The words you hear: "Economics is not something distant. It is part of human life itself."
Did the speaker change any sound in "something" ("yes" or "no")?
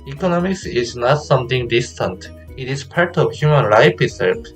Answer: yes